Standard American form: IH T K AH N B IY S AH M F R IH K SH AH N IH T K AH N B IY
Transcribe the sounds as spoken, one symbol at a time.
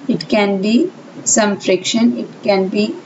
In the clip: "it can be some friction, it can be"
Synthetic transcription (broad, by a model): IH T K AH N B IY S AH M F R IH K SH AH N IH T K AH N B IY